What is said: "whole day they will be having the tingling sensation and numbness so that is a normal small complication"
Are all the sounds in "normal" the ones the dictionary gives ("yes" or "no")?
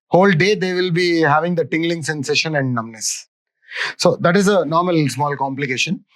yes